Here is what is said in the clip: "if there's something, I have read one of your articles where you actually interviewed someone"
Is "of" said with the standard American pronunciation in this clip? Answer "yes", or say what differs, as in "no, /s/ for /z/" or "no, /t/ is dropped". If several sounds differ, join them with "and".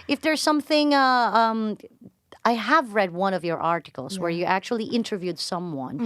yes